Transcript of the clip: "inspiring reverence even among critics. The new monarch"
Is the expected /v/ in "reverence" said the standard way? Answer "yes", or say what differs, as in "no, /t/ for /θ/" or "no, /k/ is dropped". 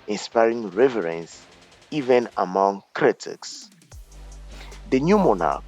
yes